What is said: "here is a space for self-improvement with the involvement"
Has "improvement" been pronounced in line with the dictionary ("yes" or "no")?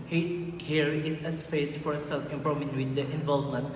no